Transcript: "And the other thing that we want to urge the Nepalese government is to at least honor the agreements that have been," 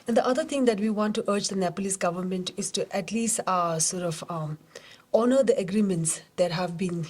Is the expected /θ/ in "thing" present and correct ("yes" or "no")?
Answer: no